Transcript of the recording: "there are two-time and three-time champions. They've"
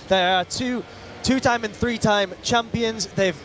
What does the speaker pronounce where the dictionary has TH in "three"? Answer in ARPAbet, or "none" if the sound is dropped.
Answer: TH